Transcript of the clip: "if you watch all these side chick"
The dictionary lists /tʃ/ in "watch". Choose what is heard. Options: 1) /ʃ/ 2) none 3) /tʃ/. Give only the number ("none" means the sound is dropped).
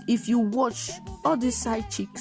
3